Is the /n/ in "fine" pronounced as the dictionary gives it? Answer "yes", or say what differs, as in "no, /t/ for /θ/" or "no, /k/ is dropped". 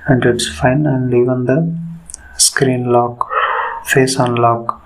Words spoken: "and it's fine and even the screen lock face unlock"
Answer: yes